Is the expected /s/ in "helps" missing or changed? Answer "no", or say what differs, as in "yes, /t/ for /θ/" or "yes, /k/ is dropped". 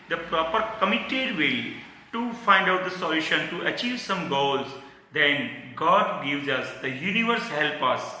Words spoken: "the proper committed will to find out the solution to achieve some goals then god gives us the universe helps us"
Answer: yes, /s/ is dropped